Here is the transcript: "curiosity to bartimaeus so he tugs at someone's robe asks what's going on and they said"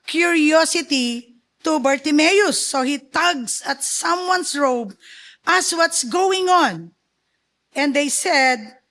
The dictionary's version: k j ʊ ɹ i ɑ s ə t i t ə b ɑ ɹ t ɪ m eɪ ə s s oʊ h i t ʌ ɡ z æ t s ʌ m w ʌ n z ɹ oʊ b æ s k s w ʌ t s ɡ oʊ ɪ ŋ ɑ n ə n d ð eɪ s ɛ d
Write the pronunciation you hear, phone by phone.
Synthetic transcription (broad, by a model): k j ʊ ɹ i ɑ s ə t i t ə b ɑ ɹ t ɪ m eɪ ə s s oʊ h i t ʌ ɡ s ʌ t s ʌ m w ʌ n s ɹ oʊ b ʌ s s w ʌ t s ɡ oʊ ɪ ŋ ɑ n ə n d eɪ s ɛ d